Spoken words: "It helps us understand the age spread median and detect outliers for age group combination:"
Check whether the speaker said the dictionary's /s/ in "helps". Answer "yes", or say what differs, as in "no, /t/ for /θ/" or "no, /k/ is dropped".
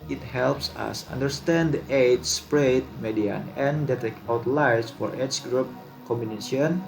yes